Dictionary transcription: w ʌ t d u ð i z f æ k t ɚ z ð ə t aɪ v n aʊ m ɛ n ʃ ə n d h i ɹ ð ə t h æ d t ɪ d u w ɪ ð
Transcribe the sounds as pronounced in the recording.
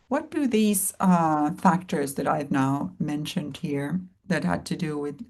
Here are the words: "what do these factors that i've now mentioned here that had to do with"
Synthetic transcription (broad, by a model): w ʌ t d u ð i z f æ k t ɚ z ð ə t aɪ v n aʊ m ɛ n ʃ ə n d h i ɹ ð ə t h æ d t ɪ d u w ɪ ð